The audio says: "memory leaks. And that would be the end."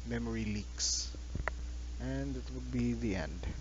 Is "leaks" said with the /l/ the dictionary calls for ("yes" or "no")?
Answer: yes